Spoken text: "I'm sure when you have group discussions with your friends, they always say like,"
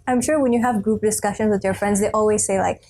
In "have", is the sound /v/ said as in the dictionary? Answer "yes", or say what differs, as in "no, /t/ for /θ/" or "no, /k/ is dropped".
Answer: yes